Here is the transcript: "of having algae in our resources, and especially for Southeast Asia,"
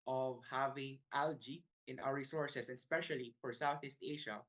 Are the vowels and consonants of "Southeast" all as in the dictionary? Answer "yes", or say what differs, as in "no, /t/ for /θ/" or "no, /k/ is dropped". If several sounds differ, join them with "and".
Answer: yes